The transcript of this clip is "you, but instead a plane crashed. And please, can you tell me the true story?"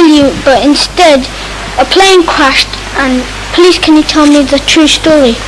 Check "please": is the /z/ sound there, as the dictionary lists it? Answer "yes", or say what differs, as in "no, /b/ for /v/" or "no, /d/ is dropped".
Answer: no, /s/ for /z/